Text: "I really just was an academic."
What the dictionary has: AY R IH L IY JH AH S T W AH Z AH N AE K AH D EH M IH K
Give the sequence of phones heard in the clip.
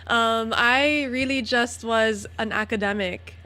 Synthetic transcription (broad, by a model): AY R IH L IY JH AH S T W AH Z AH N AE K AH D EH M IH K